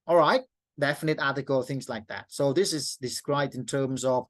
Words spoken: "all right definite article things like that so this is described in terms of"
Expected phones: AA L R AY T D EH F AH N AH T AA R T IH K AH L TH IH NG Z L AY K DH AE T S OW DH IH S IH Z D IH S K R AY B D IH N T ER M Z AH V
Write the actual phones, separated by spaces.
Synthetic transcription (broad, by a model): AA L R AY T D EH F AH N AH T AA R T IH K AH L TH IH NG Z L AY K DH AE T S OW DH IH S IH Z D IH S K R AY B D IH N T ER M Z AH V